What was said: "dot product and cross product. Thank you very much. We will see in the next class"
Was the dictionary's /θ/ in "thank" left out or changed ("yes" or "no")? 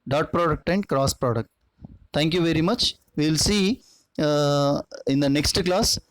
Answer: yes